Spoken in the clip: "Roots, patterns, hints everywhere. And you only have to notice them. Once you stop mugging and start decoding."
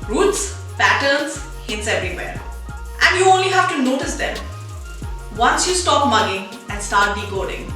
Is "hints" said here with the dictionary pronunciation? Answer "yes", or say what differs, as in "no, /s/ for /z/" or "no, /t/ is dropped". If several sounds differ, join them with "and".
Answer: no, /n/ is dropped